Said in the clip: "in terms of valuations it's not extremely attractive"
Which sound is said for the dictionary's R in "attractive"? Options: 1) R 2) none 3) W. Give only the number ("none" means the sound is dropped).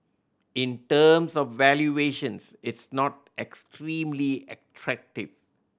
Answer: 1